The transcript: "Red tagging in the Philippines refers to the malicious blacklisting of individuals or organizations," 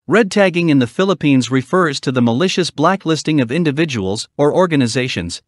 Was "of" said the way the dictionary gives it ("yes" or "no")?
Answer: yes